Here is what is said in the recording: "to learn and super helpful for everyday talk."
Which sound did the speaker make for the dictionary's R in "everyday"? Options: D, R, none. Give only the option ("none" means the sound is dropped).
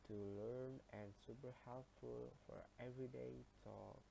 R